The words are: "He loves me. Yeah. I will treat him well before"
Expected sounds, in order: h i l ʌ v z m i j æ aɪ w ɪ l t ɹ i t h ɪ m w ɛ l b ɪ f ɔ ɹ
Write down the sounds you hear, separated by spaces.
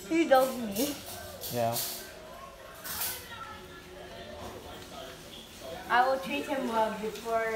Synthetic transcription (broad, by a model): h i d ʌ z m i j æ aɪ w ɪ l t ɹ i t h ɪ m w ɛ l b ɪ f ɔ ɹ